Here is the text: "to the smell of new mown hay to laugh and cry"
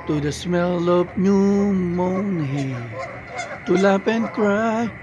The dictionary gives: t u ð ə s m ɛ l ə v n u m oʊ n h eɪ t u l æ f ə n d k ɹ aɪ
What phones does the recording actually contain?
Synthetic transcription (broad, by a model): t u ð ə s m ɛ l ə p n u m oʊ n h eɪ t u l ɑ p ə n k ɹ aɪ